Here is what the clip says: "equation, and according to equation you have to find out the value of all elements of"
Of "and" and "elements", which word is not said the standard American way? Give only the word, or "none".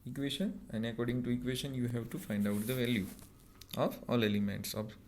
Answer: none